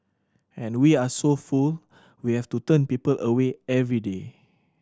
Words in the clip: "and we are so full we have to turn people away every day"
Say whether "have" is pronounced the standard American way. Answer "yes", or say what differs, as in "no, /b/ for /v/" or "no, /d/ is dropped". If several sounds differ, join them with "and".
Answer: no, /f/ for /v/